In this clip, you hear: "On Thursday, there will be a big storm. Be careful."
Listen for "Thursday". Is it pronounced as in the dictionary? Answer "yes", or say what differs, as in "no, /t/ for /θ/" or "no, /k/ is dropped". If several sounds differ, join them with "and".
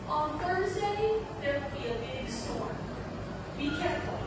yes